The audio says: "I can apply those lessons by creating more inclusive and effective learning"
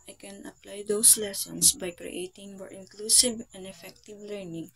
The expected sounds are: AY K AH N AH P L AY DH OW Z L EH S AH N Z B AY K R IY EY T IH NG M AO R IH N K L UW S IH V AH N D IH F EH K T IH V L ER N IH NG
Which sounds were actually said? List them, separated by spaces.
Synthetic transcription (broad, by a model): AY K AH N AH P L AY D OW S L EH S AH N S B AY K R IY EY T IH NG M AO R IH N K L UW S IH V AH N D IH F EH K T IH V L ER N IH NG